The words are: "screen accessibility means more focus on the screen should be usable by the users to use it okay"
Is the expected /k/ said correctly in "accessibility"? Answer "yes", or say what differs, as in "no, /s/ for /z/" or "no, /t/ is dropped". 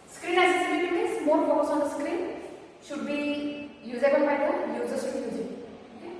no, /k/ is dropped